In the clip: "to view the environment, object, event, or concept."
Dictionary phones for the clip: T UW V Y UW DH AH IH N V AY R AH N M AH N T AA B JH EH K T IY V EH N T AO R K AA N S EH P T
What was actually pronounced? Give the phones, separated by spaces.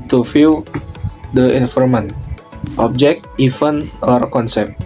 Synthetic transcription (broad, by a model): T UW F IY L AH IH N F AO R M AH N T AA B JH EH K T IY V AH N AO R K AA N S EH P T